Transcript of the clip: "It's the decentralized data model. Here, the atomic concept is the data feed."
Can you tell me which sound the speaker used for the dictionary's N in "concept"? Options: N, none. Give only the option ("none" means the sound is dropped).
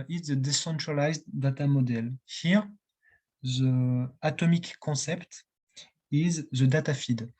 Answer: none